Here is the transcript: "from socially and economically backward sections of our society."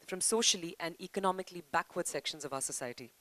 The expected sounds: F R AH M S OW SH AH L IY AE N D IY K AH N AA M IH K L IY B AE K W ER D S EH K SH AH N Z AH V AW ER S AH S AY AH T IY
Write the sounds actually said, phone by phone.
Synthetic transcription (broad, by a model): F R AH M S OW SH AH L IY AE N D IY K AH N AA M IH K L IY B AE K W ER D S EH K SH AH N Z AH V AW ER S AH S AY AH T IY